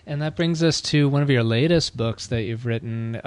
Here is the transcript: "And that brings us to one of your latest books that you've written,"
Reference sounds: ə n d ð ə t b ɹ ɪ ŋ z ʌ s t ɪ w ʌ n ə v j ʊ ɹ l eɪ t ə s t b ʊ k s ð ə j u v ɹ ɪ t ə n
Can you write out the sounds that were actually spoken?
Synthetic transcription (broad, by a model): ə n ð ə t b ɹ ɪ ŋ z ʌ s t ɪ w ʌ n ə v j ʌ ɹ l eɪ t ə s t b ʊ k s ð ə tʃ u v ɹ ɪ t n